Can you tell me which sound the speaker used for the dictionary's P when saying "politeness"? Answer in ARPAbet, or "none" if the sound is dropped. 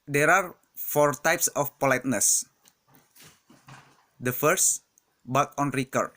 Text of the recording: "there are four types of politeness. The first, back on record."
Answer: P